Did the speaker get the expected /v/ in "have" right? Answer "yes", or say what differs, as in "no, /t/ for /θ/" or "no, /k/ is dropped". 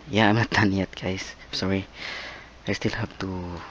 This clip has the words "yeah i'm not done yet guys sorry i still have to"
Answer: no, /p/ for /v/